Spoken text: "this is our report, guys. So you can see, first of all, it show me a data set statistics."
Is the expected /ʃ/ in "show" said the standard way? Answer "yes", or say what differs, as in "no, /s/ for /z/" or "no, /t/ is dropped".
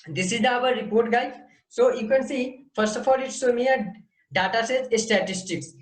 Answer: no, /s/ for /ʃ/